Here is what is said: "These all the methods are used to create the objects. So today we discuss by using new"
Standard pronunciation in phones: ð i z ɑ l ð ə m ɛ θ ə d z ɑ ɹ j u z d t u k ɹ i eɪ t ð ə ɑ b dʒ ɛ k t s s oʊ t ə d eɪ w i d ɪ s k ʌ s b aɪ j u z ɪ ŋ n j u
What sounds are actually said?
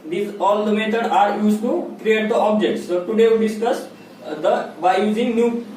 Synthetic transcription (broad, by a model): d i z ɑ l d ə m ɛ t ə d ɑ ɹ j u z t u k ɹ i eɪ t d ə ɑ b dʒ ɛ k t s s oʊ t ə d eɪ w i d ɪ s k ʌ s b aɪ j u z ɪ ŋ n j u